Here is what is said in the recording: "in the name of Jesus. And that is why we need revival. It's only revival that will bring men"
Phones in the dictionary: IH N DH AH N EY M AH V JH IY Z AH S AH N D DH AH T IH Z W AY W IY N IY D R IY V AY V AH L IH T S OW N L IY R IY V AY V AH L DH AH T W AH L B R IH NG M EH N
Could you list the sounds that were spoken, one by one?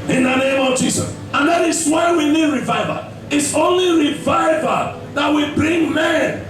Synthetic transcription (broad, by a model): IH N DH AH N EY M AH V JH IY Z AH S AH N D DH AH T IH S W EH W IY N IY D R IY V AY V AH IH T S OW N L IY R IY V AY V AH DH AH T W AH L B R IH NG M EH N